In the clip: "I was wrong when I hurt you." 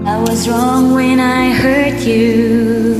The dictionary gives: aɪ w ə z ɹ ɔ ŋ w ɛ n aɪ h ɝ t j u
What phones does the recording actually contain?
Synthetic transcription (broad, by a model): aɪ w ə z ɹ ɔ ŋ w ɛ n aɪ h ɝ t j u